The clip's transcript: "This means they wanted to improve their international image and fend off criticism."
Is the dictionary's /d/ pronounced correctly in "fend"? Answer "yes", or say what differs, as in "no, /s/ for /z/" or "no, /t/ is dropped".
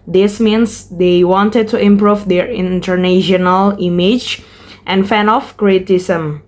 no, /d/ is dropped